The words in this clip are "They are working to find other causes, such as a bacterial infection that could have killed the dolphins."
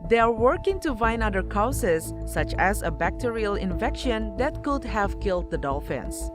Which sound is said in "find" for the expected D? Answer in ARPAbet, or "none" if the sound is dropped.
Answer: none